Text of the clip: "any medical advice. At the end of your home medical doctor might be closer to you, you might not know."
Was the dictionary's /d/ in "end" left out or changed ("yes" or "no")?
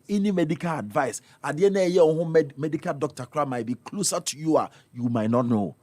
yes